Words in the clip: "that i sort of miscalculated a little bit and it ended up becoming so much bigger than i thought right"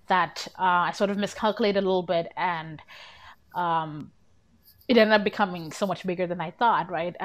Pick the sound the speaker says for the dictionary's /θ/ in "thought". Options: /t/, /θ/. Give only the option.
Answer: /θ/